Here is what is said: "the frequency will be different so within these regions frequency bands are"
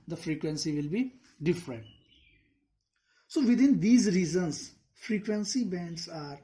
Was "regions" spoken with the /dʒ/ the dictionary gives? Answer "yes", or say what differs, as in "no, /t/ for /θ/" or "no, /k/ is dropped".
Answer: no, /z/ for /dʒ/